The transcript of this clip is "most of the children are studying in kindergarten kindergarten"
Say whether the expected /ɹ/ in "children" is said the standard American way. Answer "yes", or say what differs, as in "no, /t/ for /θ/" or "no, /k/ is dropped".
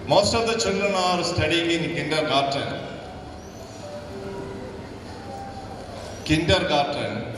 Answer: no, /ɹ/ is dropped